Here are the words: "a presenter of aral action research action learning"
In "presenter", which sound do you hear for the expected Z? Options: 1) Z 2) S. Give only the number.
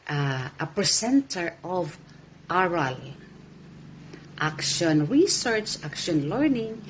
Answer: 2